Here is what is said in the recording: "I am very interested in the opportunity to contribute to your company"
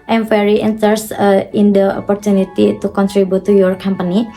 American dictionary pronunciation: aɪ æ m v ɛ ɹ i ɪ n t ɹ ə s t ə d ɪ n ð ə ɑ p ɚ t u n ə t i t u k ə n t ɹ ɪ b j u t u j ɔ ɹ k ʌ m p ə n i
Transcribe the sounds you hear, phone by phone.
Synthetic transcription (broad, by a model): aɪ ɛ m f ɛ ɹ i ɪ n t ə t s ɪ n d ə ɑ p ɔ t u n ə t i t u k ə n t ɹ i b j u t u j ɔ ɹ k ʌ m p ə n i